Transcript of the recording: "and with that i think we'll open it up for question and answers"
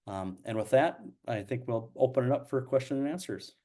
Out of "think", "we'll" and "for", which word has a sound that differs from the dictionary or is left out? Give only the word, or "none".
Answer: none